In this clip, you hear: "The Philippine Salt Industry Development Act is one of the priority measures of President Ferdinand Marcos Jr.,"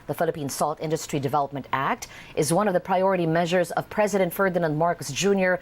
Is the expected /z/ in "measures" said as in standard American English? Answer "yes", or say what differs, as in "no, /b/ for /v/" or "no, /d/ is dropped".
yes